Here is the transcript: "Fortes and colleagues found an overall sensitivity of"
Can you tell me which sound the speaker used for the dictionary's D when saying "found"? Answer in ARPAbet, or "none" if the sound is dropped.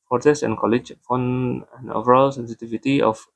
none